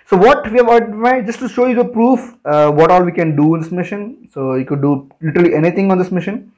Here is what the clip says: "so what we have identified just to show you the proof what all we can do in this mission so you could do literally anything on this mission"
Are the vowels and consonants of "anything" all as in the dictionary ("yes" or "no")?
no